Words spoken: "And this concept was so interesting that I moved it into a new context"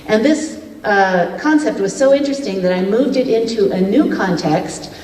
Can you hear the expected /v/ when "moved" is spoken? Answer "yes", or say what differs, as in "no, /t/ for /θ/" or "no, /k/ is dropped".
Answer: yes